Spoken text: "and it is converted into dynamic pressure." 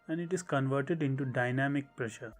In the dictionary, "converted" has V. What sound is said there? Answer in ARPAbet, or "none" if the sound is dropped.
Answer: V